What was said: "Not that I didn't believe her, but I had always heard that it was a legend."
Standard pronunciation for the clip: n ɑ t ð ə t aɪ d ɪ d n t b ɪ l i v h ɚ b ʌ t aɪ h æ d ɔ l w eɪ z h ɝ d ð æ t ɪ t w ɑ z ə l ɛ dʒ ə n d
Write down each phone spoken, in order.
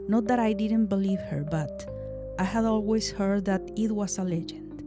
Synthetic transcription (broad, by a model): n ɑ t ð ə t aɪ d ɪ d n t b ɪ l i v h ɚ b ʌ t aɪ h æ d ɔ l w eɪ s h ɝ d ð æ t ɪ t w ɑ s ə l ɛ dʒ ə n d